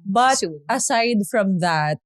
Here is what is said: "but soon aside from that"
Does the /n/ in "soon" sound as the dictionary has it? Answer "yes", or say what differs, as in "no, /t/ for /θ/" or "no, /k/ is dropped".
no, /n/ is dropped